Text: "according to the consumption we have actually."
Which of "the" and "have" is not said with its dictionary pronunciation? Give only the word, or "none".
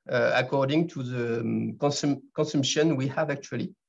none